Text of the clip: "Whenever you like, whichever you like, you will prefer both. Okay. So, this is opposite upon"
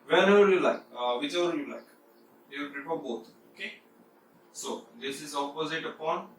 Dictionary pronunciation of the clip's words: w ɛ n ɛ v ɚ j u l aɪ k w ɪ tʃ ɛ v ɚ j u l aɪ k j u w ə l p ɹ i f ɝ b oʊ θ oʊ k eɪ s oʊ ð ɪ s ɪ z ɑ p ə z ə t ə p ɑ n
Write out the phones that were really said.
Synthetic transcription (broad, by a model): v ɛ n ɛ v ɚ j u l aɪ k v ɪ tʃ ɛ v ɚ j u l aɪ k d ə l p ɹ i p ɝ b oʊ t oʊ k eɪ s oʊ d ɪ s ɪ z ɑ p ə z ə t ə p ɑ n